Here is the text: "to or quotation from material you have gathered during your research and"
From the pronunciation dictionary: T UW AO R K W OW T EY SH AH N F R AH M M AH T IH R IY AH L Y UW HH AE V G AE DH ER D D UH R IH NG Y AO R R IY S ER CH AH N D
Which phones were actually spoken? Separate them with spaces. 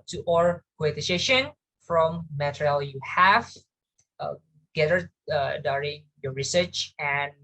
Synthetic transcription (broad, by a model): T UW AO R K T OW S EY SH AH N F R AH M M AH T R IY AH L Y UW HH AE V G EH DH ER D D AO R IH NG Y AO R R IY S ER CH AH N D